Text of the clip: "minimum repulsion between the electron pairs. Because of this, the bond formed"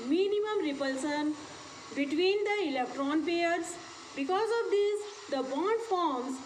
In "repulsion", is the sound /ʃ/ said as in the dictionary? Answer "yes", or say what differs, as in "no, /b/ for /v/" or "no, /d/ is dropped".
no, /s/ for /ʃ/